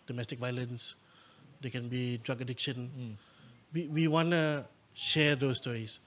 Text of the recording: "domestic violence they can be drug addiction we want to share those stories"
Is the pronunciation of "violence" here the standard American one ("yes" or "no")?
yes